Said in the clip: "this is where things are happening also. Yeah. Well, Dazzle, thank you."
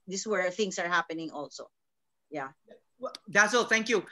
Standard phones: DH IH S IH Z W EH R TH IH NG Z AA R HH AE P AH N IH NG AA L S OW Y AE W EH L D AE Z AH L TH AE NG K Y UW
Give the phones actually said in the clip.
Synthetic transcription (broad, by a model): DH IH S W EH R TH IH NG S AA R HH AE P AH N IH NG AA L S OW Y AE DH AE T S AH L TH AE NG K Y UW